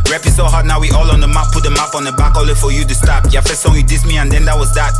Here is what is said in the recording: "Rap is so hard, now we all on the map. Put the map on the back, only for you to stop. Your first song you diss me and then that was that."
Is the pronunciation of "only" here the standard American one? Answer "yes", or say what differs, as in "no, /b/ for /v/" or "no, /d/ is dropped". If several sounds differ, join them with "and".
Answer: no, /n/ is dropped